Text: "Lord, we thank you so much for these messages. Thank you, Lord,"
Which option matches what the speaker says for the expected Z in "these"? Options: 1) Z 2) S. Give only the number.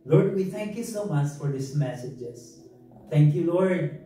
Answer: 2